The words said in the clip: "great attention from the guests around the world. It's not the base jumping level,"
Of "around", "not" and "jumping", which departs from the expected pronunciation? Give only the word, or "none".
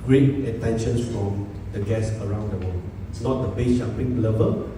jumping